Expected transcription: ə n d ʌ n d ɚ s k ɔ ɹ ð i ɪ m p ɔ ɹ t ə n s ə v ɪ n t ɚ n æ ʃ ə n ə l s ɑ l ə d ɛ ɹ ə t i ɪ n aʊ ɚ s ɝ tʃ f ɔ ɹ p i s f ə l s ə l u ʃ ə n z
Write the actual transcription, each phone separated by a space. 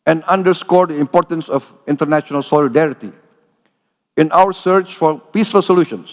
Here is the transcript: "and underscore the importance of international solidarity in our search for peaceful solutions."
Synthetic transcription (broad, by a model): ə n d ʌ n d ɚ s k ɔ ɹ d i ɪ m p ɔ ɹ t ə n s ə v ɪ n t ɚ n æ ʃ ə n ə l s ɑ l ə d ɛ ɹ ə t i ɪ n aʊ ɚ s ɝ tʃ f ɔ ɹ p i s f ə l s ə l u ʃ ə n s